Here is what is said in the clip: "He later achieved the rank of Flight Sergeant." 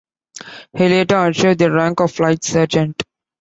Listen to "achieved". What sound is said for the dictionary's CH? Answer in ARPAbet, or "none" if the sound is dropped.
SH